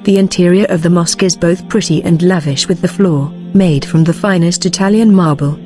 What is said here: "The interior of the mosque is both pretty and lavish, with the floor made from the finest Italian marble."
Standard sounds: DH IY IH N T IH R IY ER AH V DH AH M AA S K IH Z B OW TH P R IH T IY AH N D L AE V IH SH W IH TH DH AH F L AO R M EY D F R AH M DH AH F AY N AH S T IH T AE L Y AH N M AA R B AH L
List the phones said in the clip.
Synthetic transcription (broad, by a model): DH IY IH N T IH R IY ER AH V DH AH M AA S K IH Z B OW TH P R IH T IY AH N L AE V IH SH W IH DH AH F L AO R M EY D F R AH M DH AH F AY N AH S T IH T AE L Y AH N M AA R B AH L